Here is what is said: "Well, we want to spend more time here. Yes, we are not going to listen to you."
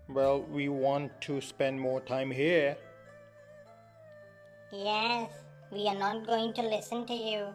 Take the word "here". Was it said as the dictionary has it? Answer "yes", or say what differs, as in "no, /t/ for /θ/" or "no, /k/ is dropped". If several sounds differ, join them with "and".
yes